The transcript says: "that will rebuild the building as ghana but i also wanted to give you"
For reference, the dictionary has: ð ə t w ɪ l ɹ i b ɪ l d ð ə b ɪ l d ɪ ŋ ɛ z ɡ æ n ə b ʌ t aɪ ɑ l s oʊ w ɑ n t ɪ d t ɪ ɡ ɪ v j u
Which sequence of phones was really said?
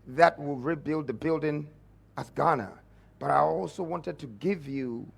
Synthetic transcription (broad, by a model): ð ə t w ɪ l ɹ i b ɪ l d ð ə b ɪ l d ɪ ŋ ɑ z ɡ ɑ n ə b ʌ t aɪ ɑ l s oʊ w ɑ n t ɪ d t ɪ ɡ ɪ v j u